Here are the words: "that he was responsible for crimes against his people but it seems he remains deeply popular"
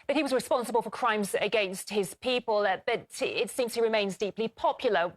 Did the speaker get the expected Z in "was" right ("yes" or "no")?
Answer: yes